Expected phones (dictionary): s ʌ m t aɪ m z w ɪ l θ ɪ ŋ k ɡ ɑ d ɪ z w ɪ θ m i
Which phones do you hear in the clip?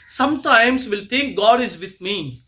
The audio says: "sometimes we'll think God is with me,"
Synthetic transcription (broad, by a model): s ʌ m t aɪ m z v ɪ l t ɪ ŋ k ɡ ɑ d ɪ z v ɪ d m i